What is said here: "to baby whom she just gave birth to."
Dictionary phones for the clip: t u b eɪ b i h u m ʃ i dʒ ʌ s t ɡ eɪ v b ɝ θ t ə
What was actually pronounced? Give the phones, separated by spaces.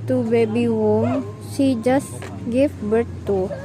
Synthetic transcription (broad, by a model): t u b eɪ b i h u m s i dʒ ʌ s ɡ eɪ f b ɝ t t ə